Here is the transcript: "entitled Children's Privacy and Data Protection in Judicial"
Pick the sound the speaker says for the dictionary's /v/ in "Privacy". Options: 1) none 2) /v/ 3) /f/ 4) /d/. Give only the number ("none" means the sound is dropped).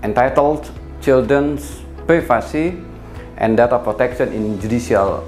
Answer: 3